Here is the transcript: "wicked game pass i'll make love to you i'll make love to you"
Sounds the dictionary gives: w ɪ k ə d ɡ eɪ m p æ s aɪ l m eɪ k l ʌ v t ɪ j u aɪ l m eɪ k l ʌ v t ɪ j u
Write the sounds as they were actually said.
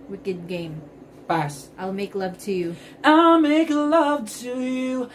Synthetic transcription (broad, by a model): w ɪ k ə d ɡ eɪ m b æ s aɪ l m eɪ k l ʌ v t ɪ j u aɪ l m eɪ k l ʌ v t ɪ j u